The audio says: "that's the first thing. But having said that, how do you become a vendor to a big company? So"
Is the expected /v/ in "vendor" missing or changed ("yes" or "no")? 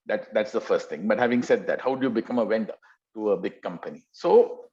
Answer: yes